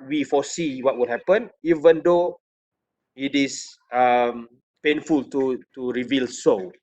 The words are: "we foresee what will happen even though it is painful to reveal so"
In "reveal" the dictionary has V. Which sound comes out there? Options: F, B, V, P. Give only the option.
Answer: V